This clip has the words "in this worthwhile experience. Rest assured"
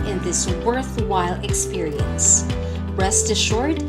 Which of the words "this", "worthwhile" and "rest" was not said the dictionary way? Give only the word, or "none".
none